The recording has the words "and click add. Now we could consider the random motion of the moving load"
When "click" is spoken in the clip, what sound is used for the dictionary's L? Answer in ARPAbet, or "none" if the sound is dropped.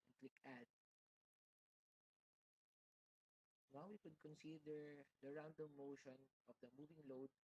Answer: L